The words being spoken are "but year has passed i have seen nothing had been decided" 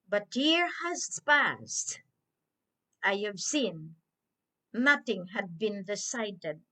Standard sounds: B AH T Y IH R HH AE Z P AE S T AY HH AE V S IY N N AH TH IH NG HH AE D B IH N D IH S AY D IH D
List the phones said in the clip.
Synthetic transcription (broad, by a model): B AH T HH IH R HH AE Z P AE S T AY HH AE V S IY N N AH TH IH NG HH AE D B IH N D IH S AY D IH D